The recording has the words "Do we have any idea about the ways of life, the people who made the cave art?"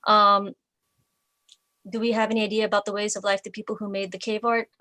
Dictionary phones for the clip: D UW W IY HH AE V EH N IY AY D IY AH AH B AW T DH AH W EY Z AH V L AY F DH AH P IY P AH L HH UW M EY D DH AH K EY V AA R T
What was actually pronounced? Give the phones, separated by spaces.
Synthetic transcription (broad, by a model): D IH W IY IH V EH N IY AY D IY AH AH B AW T DH AH W EY Z AH V L AY F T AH P IY P L HH UW M EY D DH AH K EY V AA R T